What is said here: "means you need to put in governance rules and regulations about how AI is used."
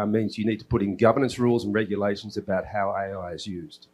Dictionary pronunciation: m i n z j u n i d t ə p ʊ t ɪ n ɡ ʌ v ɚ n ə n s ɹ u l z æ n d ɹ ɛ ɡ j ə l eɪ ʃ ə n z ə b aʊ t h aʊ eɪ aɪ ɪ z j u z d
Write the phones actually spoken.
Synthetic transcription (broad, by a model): m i n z j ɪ n i d t ə p ʊ t ɪ n ɡ ʌ v ɚ n ə n s ɹ u l z n ɹ ɛ ɡ j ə l eɪ ʃ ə n z ə b aʊ t h aʊ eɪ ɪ ɪ z j u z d